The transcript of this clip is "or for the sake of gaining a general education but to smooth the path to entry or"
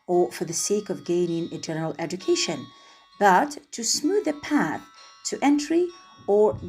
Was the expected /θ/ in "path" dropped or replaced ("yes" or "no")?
no